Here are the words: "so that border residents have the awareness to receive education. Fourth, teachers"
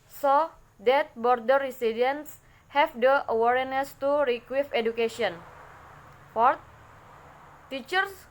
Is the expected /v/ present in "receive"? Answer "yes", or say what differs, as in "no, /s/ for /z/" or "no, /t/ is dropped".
no, /f/ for /v/